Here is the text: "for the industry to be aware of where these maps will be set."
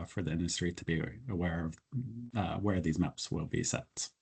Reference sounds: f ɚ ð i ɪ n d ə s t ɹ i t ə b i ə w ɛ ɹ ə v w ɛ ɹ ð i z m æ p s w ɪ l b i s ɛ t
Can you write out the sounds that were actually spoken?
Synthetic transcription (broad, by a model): f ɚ ð i ɪ n d ə s t ɹ i t ə b i ə w ɛ ɹ ə v w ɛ ɹ ð i z m æ p s w ɪ l b i s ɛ t